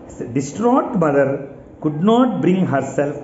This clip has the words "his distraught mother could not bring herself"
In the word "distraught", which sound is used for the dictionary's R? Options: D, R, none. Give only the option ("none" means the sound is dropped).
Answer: R